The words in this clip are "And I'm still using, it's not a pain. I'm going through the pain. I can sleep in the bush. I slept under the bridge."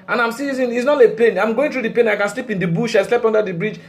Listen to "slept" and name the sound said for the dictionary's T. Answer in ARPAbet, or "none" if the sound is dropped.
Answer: none